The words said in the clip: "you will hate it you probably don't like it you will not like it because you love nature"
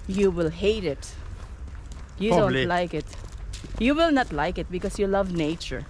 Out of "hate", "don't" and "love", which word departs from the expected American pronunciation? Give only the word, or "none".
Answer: none